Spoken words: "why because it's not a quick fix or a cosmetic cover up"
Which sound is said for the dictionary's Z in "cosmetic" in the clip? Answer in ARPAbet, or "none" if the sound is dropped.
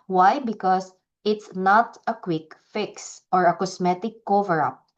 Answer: S